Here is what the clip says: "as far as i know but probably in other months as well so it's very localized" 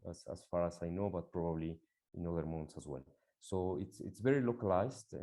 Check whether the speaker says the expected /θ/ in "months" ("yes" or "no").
no